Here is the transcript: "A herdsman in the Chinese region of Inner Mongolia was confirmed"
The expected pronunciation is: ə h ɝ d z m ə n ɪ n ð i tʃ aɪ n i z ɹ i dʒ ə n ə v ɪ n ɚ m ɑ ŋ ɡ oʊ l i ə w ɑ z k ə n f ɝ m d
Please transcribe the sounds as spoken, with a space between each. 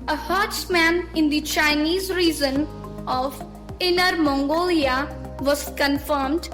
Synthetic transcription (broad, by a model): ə h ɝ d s m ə n ɪ n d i tʃ aɪ n i z ɹ i z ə n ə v ɪ n ɚ m ɑ ŋ ɡ oʊ l i ə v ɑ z k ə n f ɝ m d